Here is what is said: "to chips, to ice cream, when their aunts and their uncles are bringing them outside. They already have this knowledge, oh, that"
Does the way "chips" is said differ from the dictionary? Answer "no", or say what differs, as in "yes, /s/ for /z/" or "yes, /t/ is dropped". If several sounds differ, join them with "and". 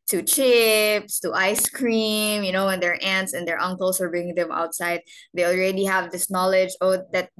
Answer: no